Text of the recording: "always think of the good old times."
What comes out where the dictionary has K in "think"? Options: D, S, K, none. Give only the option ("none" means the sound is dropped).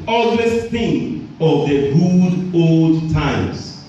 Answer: none